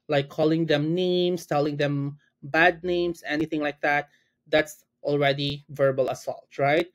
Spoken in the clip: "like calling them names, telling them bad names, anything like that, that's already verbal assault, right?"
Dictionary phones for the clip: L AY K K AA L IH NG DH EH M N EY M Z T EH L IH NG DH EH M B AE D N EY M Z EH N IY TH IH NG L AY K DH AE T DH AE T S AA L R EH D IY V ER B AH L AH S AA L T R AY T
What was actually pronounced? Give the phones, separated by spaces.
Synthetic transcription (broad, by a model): L AY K K AA L IH NG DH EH M N EY M S T EH L IH NG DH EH M B AE D N EY M S EH N IY TH IH NG L AY K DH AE T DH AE T S AA L R EH D IY V ER B AH L AH S AA L T R AY T